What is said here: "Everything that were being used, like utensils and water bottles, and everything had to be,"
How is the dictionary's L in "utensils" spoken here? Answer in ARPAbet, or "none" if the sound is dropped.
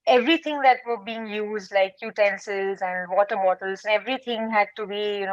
none